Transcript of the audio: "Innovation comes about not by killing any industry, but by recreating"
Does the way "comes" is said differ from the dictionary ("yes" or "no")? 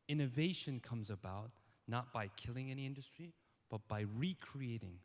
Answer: no